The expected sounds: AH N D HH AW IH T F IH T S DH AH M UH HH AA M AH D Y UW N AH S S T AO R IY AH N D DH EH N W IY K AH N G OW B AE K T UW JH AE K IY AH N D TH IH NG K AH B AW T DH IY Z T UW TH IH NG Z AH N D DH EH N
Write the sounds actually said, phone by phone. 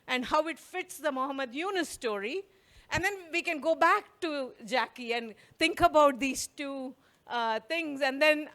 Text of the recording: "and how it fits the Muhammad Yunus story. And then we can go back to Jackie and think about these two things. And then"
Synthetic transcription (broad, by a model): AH N D HH AW IH T F IH T S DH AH M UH HH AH M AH D Y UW N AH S S T AO R IY AH N D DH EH N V IY K AH N G OW B AE K T UW JH AE K IY AH N D T IH NG K AH B AW T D IY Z T UW T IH NG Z AH N D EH N